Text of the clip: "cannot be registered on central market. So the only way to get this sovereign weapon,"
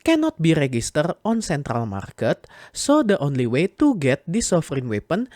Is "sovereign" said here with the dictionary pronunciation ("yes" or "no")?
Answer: no